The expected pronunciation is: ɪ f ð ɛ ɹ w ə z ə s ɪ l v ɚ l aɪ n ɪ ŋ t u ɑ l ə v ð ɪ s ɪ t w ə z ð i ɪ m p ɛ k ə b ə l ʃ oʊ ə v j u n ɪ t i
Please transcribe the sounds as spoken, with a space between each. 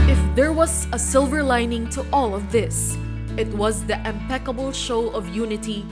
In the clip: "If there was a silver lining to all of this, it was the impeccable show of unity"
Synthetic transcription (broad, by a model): ɪ f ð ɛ ɹ w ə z ə s ɪ l v ɚ l aɪ n ɪ ŋ t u ɑ l ə v ð ɪ s ɪ t w ə z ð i ɪ m p ɛ k ə b ə l ʃ oʊ ə v j u n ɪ t i